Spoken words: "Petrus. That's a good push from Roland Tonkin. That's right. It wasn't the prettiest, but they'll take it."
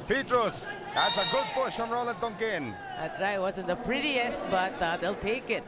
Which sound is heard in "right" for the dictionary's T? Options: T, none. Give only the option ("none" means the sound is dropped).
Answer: none